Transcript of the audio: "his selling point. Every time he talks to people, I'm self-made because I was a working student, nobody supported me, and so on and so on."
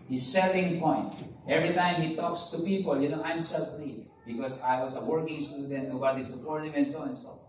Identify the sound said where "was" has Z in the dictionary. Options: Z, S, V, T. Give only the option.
S